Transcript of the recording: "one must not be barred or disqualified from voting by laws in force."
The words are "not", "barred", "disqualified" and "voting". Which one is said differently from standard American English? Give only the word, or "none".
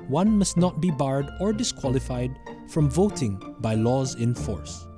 none